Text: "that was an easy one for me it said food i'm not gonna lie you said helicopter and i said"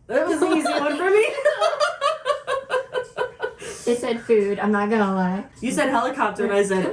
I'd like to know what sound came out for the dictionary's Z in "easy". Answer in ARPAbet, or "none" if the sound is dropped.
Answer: Z